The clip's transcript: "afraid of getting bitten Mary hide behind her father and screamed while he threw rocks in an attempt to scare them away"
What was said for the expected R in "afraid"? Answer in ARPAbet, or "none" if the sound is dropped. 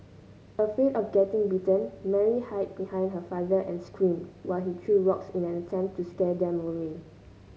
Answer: none